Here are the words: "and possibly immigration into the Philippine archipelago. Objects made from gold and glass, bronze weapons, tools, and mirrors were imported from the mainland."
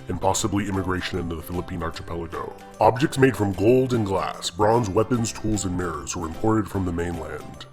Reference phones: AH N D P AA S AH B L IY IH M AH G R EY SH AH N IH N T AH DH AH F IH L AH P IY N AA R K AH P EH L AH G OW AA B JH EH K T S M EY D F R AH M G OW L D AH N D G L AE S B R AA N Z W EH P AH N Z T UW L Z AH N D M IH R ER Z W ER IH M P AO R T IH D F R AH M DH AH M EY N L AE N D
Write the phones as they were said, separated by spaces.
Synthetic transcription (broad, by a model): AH N P AA S AH B L IY IH M AH G R EY SH AH N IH N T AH DH AH F IH L AH P IY N AA R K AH P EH L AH G OW AA B JH EH K T S M EY D F R AH M G OW L D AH N G L AE S B R AA N Z W EH P AH N Z T UW L Z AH N M IH R ER Z W ER IH M P AO R T IH D F R AH M DH AH M EY N L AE N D